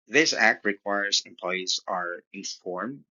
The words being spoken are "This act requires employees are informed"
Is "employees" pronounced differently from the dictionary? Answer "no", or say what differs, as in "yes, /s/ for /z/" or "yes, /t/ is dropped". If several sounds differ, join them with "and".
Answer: no